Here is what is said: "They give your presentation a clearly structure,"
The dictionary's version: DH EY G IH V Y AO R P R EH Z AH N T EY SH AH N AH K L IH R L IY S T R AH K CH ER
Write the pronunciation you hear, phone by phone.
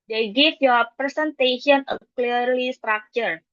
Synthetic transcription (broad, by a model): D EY G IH F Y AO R P R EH S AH N T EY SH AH N AH K L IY R L IY S T R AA K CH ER